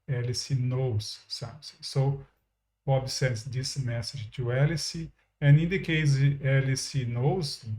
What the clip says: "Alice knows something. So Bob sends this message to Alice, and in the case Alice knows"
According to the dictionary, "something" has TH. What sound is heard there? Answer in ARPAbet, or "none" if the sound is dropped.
S